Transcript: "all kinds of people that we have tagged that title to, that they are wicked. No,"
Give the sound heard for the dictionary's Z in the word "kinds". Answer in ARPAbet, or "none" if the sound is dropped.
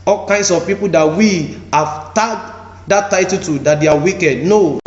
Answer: S